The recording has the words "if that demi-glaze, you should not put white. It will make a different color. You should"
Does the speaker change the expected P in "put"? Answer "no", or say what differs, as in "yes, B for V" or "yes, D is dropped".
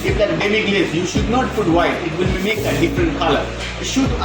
yes, F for P